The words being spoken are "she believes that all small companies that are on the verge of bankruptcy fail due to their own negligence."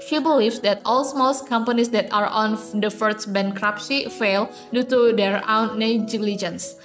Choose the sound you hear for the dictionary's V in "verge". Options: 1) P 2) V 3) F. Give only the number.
3